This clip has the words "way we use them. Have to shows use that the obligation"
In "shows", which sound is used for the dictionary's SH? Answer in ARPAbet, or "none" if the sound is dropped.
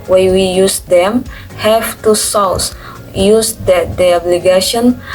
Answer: S